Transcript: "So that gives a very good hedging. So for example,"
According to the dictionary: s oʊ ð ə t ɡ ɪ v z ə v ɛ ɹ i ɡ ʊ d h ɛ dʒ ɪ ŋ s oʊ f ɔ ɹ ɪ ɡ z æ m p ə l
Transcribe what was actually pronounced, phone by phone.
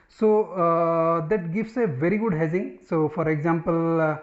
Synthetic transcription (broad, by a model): s oʊ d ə t ɡ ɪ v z ə v ɛ ɹ i ɡ ʊ d h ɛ z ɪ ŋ s oʊ f ɔ ɹ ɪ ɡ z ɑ m p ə l